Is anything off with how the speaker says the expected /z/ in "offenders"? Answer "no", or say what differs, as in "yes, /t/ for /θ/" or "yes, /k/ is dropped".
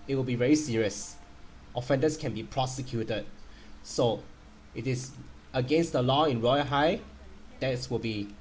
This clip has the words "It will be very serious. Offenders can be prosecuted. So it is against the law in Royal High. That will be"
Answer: yes, /s/ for /z/